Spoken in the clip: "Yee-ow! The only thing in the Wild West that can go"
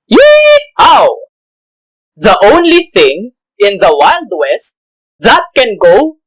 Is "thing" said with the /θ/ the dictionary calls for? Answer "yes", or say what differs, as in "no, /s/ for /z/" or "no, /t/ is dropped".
yes